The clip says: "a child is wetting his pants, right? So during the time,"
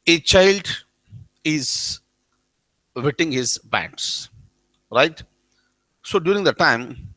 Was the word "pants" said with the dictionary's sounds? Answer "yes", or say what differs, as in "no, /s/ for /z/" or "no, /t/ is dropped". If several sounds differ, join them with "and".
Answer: no, /b/ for /p/